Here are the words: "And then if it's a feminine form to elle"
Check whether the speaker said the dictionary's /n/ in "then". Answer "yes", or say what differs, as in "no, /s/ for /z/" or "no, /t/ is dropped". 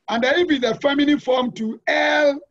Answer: no, /n/ is dropped